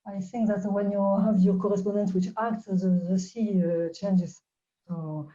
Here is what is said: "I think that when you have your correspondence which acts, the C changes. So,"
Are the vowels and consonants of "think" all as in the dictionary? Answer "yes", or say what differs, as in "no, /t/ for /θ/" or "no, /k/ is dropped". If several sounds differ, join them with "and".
yes